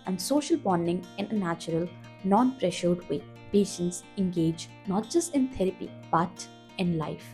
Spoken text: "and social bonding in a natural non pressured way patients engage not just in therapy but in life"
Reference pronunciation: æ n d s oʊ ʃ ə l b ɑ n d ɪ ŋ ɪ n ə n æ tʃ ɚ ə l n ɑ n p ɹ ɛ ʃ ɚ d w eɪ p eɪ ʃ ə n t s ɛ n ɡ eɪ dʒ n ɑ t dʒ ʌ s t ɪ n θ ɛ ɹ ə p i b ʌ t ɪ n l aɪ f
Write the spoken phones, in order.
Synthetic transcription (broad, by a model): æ n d s oʊ ʃ ə l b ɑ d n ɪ ŋ ɪ n ə n æ tʃ ɚ ə l n ɑ n p ɹ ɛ ʃ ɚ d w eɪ p eɪ ʃ ə n t s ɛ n ɡ eɪ dʒ n ɑ t dʒ ʌ s t ɪ n t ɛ ɹ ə p i b ʌ t ɪ n l aɪ f